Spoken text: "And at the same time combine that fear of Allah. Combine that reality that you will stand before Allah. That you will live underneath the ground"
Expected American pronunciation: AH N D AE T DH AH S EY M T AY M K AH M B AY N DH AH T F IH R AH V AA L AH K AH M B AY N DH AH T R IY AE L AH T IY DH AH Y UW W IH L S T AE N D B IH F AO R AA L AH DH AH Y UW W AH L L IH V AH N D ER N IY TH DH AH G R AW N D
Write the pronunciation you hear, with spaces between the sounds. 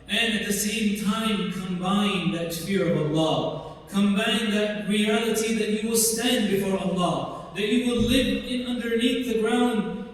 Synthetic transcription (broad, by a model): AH N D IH T DH AH S EY M T AY M K AH M B AY N DH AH T F IH R AH V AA L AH K AH M B AY N DH AH T R IY AE L AH T IY DH AH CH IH W IH L S T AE N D B IH F AO R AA L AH DH AH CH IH W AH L L IH V AH N D ER N IY TH DH AH G R AW N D